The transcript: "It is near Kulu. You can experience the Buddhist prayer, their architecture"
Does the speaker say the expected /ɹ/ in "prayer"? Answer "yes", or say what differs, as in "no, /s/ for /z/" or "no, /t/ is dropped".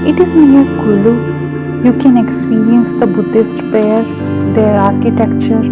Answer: no, /ɹ/ is dropped